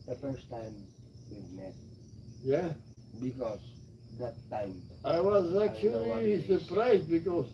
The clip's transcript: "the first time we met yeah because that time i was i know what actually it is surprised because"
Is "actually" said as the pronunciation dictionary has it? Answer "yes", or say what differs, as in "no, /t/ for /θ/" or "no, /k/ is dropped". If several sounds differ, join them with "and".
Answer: no, /l/ is dropped